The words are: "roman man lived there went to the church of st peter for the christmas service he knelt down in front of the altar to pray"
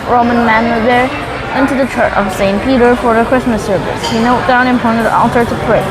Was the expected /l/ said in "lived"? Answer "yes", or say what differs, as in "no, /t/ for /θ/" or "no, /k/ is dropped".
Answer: no, /w/ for /l/